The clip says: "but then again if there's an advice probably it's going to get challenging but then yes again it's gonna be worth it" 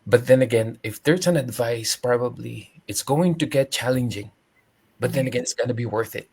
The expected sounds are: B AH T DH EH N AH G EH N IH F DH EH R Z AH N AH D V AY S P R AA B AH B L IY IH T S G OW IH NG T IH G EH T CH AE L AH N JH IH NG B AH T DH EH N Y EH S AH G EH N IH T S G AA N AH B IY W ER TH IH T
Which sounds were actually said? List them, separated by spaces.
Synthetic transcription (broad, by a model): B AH T DH EH N AH G EH N IH F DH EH R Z AH N AH D V AY S P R AA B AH B L IY IH T S G OW IH NG T IH G EH T CH AE L AH N JH IH NG B AH T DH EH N AH G EH N IH T S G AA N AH B IY W ER TH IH T